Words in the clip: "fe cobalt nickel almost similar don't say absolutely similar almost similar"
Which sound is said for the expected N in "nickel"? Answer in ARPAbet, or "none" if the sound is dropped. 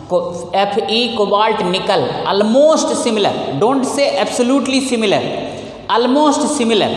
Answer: N